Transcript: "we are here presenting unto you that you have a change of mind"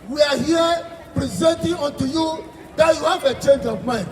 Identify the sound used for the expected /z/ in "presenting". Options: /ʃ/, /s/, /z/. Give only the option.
/z/